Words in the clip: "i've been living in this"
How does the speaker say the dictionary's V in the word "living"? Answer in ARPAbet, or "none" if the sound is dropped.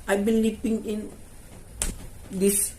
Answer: P